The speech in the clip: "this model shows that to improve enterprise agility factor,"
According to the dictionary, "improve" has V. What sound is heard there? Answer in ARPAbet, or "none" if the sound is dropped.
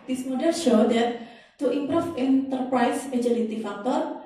F